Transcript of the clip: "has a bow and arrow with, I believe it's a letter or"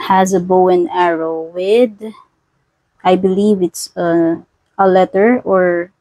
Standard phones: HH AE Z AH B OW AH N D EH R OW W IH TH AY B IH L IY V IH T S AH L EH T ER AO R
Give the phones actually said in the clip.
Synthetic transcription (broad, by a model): HH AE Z AH B OW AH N EH R OW W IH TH AY B IH L IY V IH T S AH L EH T ER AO R